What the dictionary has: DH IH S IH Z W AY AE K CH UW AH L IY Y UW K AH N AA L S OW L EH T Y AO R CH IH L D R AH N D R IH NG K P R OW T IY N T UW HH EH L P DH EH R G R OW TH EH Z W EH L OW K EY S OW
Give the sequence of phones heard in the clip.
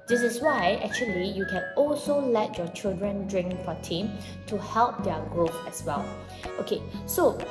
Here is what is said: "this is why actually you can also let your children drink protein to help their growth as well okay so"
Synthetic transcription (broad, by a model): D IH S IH S W AY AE K CH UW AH L IY Y UW K AH N AA L S OW L EH T Y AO CH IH L D R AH N D R IH NG K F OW T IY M T UW HH EH L P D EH G R OW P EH S W EH L OW K EY S OW